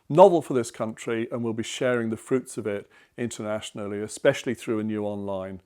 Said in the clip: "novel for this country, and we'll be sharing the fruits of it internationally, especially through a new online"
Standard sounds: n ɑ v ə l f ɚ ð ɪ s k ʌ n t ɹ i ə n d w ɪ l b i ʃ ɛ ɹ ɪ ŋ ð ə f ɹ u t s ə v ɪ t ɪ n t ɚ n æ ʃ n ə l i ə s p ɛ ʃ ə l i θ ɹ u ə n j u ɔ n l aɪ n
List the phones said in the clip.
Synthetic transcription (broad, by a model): n ɑ v ə l f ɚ ð ɪ s k ʌ n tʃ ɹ i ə n w ɪ l b i ʃ ɛ ɹ ɪ ŋ ð ə f ɹ u t s ə v ɪ t ɪ n t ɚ n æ ʃ n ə l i ə s p ɛ ʃ ə l i θ ɹ u ə n j u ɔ n l aɪ n